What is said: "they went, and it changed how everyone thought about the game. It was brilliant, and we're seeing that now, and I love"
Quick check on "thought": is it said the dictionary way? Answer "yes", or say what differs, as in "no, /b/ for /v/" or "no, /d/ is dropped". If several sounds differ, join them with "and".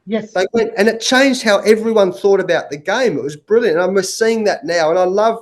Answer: yes